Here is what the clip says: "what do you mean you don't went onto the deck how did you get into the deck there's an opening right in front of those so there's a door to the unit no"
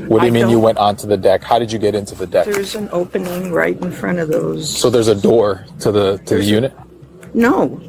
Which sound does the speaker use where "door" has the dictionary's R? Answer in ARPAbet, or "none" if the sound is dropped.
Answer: R